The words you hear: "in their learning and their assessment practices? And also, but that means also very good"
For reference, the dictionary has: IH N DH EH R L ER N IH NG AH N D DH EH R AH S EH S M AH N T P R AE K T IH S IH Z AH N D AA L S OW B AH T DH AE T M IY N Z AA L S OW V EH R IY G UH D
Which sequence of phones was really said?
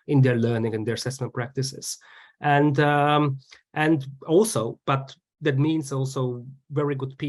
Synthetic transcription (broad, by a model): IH N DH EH R L ER N IH NG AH N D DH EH R AH S EH S M AH N T P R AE K T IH S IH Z AH N D AA L S OW B AH T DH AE T M IY N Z AA L S OW V EH R IY G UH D